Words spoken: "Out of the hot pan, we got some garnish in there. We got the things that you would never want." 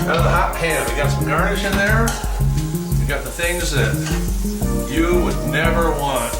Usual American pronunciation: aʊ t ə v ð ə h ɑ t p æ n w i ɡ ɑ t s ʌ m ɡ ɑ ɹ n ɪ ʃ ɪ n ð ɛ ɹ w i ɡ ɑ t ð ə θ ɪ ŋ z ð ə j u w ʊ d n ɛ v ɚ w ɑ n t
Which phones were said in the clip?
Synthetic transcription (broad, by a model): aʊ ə ð ə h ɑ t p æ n w i ɡ ɑ t s ʌ m ɡ ɑ ɹ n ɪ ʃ ɪ n ð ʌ ɹ w i ɡ ɑ t ð ə θ ɪ ŋ z ð ə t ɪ w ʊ d n ɛ v ɚ w ɑ n t